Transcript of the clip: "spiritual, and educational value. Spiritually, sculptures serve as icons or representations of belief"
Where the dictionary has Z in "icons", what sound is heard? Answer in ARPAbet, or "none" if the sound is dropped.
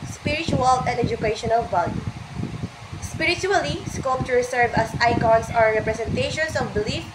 S